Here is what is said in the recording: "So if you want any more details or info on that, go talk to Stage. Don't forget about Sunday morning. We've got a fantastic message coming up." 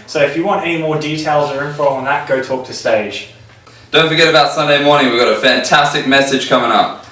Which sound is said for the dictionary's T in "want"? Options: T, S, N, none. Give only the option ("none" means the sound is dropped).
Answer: T